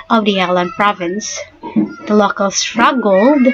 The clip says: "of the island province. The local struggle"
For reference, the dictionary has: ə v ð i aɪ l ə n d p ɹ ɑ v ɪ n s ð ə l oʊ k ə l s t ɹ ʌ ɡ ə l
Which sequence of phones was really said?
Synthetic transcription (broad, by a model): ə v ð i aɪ l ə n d p ɹ ɑ v ɪ n s ð ə l oʊ k ə l s t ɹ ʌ ɡ l